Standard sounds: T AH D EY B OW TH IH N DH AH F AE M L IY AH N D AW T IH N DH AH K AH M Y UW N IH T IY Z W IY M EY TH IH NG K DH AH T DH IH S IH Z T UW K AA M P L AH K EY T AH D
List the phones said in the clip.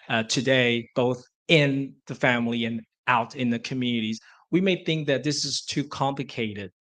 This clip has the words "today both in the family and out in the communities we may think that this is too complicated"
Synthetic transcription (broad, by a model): T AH D EY B OW TH IH N DH AH F AE M L IY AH N AW T IH N DH AH K AH M Y UW N IH T IY Z W IY M EY TH IH NG K DH AH T DH IH S IH Z T UW K AA M P L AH K EY T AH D